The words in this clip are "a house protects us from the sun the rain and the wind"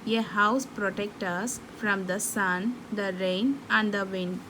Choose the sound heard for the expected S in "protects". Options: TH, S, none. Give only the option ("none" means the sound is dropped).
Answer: none